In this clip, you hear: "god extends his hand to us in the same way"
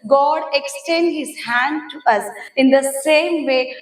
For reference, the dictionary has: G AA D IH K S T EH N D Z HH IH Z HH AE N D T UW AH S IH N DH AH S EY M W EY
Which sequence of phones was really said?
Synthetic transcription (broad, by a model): G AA D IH K S T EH N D HH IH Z HH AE N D T UW AH S IH N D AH S EY M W EY